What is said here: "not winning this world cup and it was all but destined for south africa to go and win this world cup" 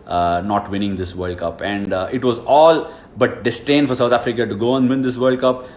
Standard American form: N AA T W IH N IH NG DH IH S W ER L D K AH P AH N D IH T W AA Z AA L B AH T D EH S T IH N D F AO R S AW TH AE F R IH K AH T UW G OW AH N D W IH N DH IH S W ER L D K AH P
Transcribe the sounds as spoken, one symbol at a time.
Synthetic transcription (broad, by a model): N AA T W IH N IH NG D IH S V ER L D K AH P AH N D IH T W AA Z AA L B AH T D EH S T IH N D F AO R S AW T AE F R IH K AH T UW G OW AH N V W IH N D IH S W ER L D K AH P